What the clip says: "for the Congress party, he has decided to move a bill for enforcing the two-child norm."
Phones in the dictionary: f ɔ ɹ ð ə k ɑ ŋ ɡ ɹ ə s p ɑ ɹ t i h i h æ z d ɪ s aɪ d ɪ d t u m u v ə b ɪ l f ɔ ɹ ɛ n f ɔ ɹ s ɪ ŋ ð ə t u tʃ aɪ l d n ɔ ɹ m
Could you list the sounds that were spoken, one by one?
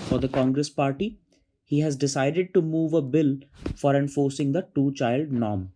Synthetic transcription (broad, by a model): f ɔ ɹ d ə k ɑ ŋ ɡ ɹ ə s p ɑ ɹ t i h i h æ z d ɪ s aɪ d ɪ d t u m u v ə b ɪ l f ɔ ɹ ɛ n f ɔ ɹ s ɪ ŋ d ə t u tʃ aɪ l d n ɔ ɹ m